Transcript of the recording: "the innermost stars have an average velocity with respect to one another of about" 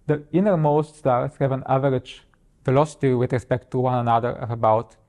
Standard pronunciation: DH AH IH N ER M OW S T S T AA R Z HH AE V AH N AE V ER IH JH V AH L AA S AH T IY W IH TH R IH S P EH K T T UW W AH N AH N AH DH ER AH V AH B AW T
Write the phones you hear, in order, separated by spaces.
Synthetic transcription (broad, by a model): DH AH IH N ER M OW S T S T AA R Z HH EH V AH N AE V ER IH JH F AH L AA S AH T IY W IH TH R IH S P EH K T T UW W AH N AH N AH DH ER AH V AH B AW T